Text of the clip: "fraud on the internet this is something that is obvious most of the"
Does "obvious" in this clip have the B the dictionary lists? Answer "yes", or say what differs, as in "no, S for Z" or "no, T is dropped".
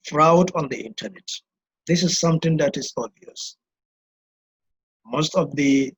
no, B is dropped